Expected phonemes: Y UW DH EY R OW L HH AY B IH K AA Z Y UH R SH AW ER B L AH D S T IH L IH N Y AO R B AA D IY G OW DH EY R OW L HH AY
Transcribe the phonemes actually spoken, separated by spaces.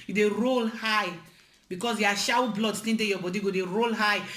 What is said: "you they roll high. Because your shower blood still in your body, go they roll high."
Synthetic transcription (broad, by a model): Y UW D EY R OW L HH AY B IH K AA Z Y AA SH AW B L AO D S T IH N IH Y AO B AA D IY G OW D EY R OW L HH AY